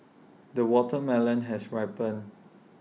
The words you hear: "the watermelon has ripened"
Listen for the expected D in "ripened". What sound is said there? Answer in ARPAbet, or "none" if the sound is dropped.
none